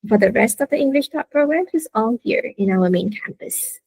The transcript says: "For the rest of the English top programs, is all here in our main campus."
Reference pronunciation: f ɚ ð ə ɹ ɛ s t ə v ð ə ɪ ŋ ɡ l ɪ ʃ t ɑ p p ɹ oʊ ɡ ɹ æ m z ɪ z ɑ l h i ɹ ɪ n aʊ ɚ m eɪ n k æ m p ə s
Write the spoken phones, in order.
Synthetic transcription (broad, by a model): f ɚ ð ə ɹ ɛ s t ə v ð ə ɪ ŋ ɡ l ɪ ʃ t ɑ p p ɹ oʊ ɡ ɹ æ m ɪ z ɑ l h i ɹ ɪ n aʊ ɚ m eɪ n k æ m p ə s